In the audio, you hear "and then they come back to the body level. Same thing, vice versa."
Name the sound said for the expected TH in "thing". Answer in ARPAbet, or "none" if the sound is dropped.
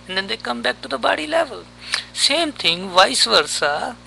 T